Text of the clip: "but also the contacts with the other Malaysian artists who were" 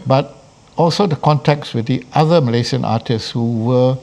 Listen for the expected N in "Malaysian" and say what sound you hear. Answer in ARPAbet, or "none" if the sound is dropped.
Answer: none